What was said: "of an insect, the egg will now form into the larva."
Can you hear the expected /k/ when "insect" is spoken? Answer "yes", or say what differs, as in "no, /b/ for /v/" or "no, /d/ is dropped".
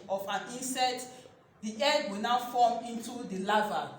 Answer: no, /k/ is dropped